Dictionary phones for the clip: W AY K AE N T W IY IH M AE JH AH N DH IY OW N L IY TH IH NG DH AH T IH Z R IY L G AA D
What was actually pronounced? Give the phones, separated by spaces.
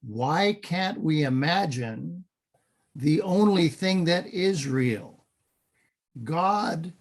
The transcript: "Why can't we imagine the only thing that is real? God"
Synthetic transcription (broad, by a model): W AY K AE N T W IY IH M AE JH AH N DH IY OW N L IY TH IH NG DH AH T IH Z R IY L G AA D